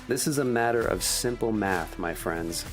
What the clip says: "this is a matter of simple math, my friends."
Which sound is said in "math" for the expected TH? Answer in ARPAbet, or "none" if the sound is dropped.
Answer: TH